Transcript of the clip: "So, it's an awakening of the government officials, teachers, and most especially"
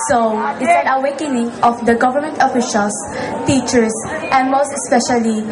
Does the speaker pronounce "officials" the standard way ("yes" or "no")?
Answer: no